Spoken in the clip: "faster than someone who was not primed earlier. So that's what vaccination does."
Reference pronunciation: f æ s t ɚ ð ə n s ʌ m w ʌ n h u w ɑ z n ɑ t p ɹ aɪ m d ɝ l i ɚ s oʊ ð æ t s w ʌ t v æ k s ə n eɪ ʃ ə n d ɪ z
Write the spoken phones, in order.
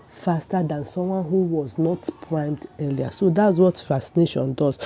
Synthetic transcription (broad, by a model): f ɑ s t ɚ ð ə n s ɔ m w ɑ n h u w ɑ z n ɑ t p ɹ aɪ m d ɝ l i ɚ s oʊ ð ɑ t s w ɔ t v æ s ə n eɪ ʃ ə n d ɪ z